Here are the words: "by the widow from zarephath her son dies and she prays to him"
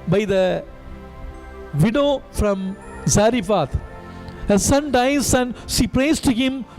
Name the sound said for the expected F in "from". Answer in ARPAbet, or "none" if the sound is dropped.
F